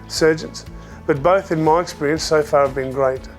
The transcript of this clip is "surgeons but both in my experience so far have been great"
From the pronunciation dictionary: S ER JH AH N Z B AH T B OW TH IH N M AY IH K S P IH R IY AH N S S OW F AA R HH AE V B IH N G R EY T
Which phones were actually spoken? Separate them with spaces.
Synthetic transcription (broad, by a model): S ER JH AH N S B AH T B OW TH IH N M AY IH K S P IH R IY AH N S S OW F AA R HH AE V B IH N G R EY T